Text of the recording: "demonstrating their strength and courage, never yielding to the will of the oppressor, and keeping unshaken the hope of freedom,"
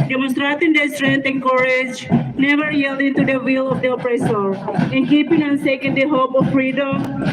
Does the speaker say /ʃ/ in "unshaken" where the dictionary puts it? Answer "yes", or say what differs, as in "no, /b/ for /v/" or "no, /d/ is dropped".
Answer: no, /s/ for /ʃ/